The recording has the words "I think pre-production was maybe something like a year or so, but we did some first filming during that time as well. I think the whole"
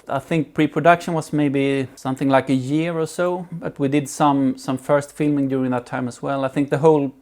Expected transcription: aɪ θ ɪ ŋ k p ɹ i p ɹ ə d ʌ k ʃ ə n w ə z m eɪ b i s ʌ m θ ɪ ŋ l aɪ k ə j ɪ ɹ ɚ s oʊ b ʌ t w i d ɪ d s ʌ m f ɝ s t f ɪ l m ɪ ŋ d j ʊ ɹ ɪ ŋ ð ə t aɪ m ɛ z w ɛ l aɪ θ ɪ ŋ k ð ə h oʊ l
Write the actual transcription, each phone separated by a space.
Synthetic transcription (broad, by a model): aɪ θ ɪ ŋ k p ɹ i p ɹ ə d ʌ k ʃ ə n w ə z m eɪ b i s ʌ m θ ɪ ŋ l aɪ k ə j ɪ ɹ ɚ s oʊ b ʌ t w i d ɪ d s ʌ m f ɝ s t f ɪ l m ɪ ŋ d j ʊ ɹ ɪ ŋ ð ə t aɪ m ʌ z w ɛ l aɪ θ ɪ ŋ k ð ə h oʊ l